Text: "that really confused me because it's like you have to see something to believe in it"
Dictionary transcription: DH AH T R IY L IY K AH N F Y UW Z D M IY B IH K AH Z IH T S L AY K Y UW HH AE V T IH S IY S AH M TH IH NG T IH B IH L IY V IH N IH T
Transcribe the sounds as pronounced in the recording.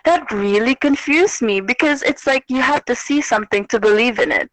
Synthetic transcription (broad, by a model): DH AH T R IY L IY K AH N F Y UW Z M IY B IH K AH Z IH T S L AY K Y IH HH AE F T IH S IY S AH M TH IH NG T IH B IH L IY V IH N IH T